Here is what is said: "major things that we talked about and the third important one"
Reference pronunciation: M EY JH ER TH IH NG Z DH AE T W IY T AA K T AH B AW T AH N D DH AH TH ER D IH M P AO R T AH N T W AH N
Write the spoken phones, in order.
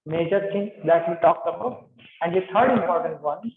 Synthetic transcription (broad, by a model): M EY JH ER T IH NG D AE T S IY T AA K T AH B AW AH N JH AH T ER D IH M P AO R T AH N T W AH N